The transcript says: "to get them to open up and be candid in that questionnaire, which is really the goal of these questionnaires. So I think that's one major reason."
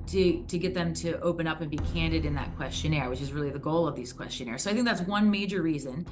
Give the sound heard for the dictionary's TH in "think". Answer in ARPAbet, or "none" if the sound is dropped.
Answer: TH